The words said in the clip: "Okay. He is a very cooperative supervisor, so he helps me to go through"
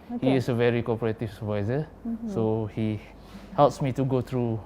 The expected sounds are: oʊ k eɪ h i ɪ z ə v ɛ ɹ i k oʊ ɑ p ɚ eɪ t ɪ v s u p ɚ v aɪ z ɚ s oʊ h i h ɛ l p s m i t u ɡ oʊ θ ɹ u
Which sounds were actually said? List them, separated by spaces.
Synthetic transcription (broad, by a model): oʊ h i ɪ s ə v ɛ ɹ i k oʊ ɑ p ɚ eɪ t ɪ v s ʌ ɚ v aɪ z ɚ s oʊ h i h ɛ l p s m i t u ɡ oʊ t ɹ u